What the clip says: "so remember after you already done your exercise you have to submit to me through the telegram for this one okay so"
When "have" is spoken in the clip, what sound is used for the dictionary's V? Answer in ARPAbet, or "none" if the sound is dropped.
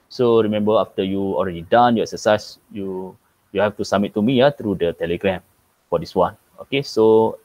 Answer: F